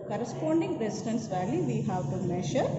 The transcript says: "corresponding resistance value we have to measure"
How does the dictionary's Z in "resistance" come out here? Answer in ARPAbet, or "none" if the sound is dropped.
S